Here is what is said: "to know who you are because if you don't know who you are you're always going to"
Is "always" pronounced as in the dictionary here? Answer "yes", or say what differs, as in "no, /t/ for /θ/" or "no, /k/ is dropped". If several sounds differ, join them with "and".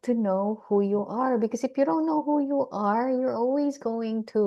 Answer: yes